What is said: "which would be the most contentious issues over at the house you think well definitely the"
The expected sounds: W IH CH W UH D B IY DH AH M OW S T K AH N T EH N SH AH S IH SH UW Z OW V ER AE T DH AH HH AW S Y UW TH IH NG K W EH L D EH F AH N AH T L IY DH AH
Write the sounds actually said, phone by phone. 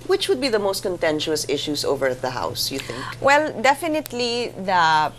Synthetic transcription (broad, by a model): W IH CH W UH D B IY DH AH M OW S T K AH N T EH N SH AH S IH SH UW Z OW V ER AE T DH AH HH AW S Y UW TH IH NG K W EH L D EH F AH N AH T L IY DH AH